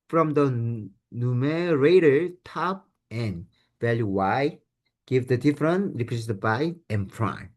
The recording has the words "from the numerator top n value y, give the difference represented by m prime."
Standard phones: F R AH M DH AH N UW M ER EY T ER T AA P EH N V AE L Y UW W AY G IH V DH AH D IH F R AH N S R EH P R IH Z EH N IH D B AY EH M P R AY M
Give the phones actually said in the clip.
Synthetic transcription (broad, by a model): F R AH M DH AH N UW M ER EY T ER T AA P EH N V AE L Y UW W AY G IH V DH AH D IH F R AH N R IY P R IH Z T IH B AY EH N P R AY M